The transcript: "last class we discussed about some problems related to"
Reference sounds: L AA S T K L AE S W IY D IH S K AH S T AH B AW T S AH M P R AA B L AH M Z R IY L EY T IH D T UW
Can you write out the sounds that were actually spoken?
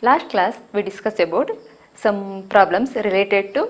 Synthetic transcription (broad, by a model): L AA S T K L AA S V IY D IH S K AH S AH B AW T S AH M P R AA B L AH M S R IY L EY T IH D T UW